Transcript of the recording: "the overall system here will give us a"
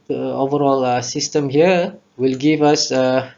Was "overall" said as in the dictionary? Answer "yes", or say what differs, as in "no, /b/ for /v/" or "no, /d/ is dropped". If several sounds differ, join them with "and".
yes